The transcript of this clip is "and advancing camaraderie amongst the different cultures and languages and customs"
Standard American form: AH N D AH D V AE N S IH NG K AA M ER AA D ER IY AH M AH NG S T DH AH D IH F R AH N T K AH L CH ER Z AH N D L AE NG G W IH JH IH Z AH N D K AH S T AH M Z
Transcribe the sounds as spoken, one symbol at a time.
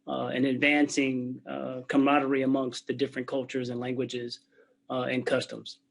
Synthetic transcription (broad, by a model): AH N AH D V AE N S IH NG K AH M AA D ER IY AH M AH NG S T DH AH D IH F R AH N K AH L CH ER Z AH N L AE NG G W IH JH IH Z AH N K AH S T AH M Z